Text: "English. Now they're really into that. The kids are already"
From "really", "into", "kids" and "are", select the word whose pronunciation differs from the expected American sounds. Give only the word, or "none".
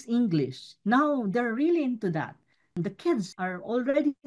kids